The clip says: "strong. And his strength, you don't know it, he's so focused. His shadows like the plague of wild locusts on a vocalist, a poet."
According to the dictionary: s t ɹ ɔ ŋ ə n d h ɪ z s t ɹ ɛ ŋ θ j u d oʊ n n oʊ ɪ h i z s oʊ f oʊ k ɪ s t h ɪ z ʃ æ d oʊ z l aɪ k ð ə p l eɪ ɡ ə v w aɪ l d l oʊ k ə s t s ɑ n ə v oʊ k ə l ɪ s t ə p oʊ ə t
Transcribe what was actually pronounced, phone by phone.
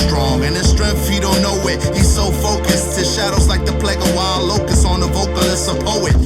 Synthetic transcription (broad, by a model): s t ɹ ɔ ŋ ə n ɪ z s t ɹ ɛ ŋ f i d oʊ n n oʊ ɪ h i z s oʊ f oʊ k ɪ s t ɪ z ʃ æ d oʊ z l aɪ k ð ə p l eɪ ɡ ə w aɪ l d l oʊ k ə s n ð ə v oʊ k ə l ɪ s ə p oʊ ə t